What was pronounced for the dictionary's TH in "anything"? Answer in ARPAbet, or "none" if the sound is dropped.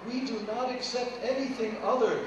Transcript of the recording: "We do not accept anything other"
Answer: TH